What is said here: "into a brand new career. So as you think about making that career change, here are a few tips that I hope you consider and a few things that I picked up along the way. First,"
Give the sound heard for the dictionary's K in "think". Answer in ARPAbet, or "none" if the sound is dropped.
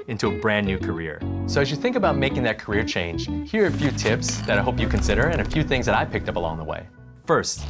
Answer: K